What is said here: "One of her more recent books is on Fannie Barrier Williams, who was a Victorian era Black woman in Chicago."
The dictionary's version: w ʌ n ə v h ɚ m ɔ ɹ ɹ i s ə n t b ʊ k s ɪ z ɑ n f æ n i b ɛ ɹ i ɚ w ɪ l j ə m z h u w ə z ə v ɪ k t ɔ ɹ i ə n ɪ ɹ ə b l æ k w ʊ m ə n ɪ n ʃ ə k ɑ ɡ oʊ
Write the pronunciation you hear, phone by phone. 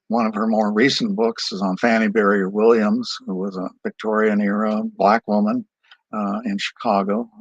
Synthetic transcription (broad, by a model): w ʌ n ə v ɚ m ɔ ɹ ɹ i s n b ʊ k s ɪ z n f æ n i b ɛ ɹ i ɚ w ɪ l j ə m z h u w ə z ə v ɪ k t ɔ ɹ i ə n ɪ ɹ ə b l æ k w ʊ m ə n ɪ n ʃ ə k ɑ ɡ oʊ